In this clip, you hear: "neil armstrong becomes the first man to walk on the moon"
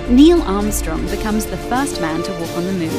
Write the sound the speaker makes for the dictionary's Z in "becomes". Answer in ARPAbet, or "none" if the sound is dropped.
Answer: Z